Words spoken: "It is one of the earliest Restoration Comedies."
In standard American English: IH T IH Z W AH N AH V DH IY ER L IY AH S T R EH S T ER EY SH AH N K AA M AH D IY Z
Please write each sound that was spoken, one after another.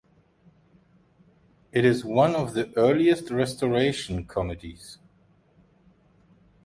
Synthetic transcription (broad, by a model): IH T IH Z W AH N AH V DH IY ER L IY AH S T R EH S T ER EY SH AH N K AA M AH D IY Z